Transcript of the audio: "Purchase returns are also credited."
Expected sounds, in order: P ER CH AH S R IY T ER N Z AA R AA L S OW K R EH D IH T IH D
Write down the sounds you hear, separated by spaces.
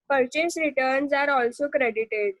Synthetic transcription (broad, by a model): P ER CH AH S R IY T ER N Z AA R AA L S OW K R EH D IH T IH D